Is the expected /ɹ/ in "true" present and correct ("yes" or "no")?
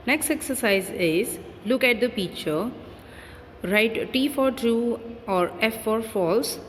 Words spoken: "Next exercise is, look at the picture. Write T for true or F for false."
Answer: no